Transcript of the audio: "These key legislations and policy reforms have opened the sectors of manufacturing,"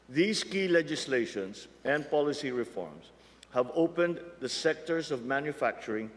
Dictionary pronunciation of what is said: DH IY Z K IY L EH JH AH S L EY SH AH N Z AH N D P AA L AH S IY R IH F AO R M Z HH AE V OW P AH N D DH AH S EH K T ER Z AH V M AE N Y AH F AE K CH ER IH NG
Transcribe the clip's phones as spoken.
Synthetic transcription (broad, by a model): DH IY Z K IY L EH JH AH S L EY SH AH N S AH N D P AA L AH S IY R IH F AO R M S HH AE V OW P AH N D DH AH S EH K T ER S AH V M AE N Y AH F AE K CH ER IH NG